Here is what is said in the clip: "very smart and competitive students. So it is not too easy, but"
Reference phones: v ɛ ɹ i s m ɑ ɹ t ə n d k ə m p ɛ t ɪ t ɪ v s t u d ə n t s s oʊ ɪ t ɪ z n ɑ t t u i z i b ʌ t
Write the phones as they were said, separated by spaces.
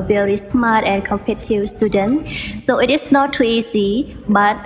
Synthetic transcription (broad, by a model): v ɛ ɹ i s m ɑ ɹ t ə n k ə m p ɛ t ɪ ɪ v s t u d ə n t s s oʊ ɪ t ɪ s n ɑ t t u i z i b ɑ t